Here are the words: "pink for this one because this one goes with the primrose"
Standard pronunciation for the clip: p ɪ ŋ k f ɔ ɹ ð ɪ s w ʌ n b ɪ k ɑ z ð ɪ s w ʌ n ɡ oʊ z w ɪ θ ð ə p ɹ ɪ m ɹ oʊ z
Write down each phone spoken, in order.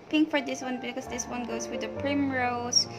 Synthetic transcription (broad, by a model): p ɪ ŋ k f ɔ ɹ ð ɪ s w ʌ n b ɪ k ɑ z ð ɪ s w ʌ n ɡ oʊ s w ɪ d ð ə p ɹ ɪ m ɹ oʊ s